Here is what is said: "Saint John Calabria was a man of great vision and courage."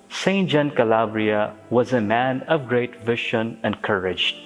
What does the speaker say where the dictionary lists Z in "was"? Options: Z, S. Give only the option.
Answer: Z